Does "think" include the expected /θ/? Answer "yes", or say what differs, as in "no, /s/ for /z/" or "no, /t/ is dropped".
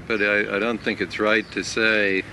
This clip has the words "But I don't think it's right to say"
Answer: yes